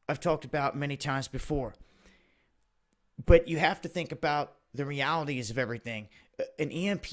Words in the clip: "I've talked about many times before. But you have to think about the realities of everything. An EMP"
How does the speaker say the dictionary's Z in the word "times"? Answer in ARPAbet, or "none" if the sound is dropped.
Z